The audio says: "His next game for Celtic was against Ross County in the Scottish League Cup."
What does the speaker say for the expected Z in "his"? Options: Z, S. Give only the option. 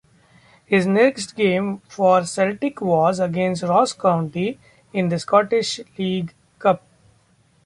Z